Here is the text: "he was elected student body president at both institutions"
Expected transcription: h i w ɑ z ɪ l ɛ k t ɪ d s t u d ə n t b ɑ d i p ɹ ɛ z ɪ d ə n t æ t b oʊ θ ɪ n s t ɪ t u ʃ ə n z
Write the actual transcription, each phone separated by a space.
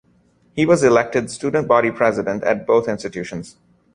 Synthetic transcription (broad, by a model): h i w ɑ z ɪ l ɛ k t ɪ d s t u d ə n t b ɑ d i p ɹ ɛ z ɪ d ə n t æ t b oʊ t ɪ n s t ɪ t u ʃ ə n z